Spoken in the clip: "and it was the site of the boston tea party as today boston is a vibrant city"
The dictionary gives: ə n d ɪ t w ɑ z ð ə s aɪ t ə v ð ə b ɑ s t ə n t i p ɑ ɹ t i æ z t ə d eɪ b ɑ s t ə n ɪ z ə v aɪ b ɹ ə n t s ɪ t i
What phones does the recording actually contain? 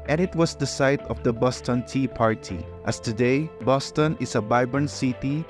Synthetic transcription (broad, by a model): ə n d ɪ t w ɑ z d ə s aɪ t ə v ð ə b ɑ s t ə n t i p ɑ ɹ t i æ s t ə d eɪ b ɑ s t ə n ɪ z ə b aɪ b ə n s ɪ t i